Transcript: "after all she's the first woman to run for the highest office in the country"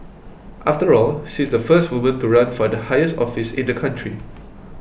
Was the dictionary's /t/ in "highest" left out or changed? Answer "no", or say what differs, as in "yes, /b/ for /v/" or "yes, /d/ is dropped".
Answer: no